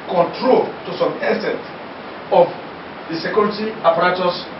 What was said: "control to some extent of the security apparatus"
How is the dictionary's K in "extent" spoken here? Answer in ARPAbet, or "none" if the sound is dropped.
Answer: none